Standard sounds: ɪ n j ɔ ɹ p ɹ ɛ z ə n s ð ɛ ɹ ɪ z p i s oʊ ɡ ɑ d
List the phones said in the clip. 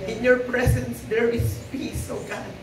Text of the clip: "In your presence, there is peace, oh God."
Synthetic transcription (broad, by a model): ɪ n j ɔ ɹ p ɹ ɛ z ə n s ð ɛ ɹ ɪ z p i s oʊ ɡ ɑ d